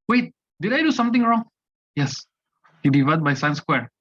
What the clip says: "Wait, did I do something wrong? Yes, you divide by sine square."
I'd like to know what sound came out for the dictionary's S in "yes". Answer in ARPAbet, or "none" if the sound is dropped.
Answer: S